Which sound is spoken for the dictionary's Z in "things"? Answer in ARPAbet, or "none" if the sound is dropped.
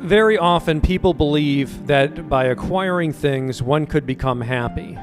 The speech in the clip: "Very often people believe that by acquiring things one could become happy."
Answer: Z